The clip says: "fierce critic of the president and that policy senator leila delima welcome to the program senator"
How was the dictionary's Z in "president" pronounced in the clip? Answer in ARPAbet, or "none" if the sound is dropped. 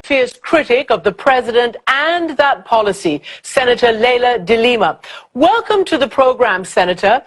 Z